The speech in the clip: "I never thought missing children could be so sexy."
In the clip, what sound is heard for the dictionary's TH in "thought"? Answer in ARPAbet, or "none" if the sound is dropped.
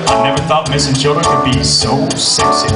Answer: TH